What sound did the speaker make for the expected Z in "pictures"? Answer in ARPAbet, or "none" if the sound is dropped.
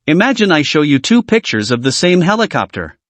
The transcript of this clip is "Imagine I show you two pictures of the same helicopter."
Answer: Z